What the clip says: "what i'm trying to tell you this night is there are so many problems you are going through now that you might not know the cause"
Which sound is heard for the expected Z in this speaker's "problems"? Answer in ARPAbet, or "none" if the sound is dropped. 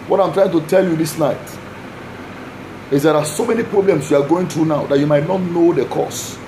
S